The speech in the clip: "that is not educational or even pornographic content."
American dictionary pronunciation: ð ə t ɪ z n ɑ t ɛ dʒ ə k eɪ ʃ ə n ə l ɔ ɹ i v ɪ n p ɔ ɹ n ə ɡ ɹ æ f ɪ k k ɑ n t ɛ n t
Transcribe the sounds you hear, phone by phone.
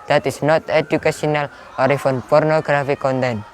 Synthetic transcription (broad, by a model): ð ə t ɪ s n ɑ t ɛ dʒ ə k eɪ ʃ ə n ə l ɔ ɹ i f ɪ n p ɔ ɹ n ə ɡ ɹ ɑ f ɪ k k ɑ n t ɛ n